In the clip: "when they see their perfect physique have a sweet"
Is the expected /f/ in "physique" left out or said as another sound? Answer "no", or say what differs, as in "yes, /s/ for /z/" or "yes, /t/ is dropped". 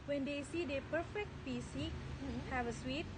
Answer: yes, /p/ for /f/